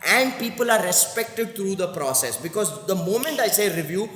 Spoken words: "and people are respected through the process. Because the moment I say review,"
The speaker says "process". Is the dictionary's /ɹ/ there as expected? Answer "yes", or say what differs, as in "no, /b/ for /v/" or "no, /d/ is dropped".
yes